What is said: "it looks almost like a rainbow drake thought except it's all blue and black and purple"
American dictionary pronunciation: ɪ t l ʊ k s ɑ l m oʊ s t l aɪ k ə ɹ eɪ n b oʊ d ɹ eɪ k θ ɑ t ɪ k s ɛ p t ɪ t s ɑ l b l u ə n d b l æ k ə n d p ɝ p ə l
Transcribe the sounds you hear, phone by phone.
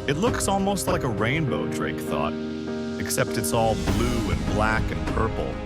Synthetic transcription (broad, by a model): ɪ t l ʊ k s ɑ l m oʊ s t l aɪ k ə ɹ eɪ n b oʊ d ɹ eɪ k θ ɑ t ɪ k s ɛ p t ɪ t s ɑ l b l u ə n b l æ k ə n p ɝ p l